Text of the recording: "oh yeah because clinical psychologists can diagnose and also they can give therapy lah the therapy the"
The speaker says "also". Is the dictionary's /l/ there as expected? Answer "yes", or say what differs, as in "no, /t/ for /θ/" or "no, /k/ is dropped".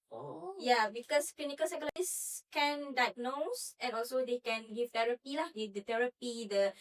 yes